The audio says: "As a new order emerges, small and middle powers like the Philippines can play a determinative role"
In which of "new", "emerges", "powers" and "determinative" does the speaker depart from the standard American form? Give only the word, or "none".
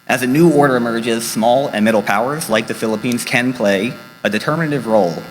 none